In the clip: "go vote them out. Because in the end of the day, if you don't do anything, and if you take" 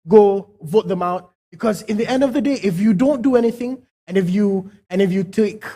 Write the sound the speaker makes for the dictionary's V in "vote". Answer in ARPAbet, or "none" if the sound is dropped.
V